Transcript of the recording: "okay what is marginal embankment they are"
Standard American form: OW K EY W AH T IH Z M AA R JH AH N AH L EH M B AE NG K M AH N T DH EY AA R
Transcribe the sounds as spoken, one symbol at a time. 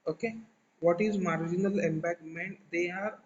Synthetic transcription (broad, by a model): OW K EY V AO T IH Z M AA R JH AH N AH L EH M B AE K M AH N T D EY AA R